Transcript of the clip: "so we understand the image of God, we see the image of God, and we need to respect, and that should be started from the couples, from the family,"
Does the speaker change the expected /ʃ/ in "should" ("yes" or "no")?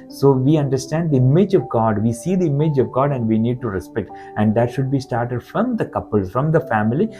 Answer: no